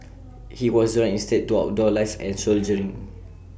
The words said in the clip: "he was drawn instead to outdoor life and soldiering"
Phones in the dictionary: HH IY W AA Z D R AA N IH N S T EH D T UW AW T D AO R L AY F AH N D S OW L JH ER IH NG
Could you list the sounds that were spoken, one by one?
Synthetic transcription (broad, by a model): HH IY W AA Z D AA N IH N S T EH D T UW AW D AO L AY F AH N S OW L JH ER IH NG